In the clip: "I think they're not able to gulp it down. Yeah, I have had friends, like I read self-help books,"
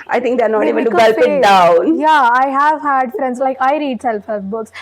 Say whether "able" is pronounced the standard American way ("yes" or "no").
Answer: no